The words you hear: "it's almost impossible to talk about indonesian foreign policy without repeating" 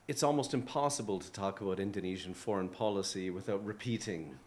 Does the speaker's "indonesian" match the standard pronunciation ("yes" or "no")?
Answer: yes